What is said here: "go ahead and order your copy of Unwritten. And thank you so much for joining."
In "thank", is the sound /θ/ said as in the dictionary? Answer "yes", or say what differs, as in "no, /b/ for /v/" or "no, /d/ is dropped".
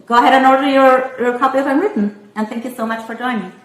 yes